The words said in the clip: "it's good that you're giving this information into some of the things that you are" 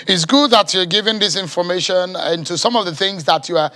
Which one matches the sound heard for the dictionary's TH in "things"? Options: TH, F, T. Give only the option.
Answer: TH